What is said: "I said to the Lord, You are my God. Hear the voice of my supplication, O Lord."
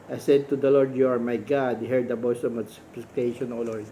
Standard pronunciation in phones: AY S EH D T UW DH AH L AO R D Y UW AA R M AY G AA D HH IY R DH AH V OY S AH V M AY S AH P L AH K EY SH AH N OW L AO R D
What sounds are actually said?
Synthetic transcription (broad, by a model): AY S EH D T UW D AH L AO R D Y UW AA R M AY G AA D HH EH R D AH B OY S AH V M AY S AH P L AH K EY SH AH N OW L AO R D